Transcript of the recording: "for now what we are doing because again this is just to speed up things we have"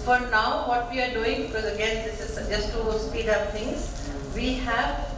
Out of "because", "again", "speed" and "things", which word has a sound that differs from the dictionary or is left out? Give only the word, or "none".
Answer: things